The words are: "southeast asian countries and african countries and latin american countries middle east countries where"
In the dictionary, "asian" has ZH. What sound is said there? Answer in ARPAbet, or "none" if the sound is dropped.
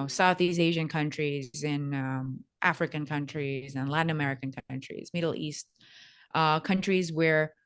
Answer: ZH